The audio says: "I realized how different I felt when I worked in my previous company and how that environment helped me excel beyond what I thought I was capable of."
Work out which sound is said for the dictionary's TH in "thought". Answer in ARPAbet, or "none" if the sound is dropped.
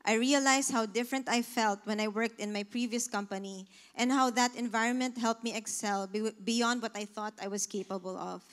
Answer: TH